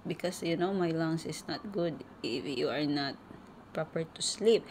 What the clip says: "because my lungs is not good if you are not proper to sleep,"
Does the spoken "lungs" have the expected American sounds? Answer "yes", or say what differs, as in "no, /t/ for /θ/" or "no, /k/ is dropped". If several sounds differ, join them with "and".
no, /s/ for /z/